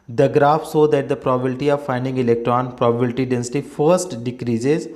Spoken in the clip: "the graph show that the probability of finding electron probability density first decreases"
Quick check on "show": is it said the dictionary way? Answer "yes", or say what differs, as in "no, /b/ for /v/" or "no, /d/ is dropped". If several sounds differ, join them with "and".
no, /s/ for /ʃ/